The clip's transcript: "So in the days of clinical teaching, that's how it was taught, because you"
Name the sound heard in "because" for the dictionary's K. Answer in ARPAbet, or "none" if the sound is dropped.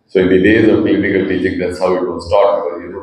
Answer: none